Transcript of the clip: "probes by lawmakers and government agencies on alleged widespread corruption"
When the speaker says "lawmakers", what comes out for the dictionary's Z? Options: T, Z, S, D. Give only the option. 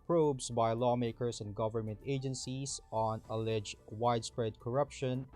S